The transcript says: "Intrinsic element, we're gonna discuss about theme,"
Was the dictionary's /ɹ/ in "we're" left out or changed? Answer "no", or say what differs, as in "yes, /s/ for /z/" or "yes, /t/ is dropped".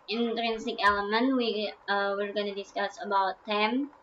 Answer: no